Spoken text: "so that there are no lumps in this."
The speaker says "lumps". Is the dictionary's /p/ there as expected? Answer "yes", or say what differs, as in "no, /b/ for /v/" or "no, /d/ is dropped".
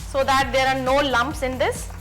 yes